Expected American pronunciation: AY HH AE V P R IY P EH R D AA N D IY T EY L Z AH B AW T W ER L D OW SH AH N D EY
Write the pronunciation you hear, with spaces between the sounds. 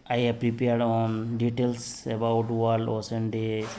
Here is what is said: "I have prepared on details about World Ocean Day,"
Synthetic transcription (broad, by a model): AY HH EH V P R IY P EH R D AA N D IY T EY L S AH B AW T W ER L OW S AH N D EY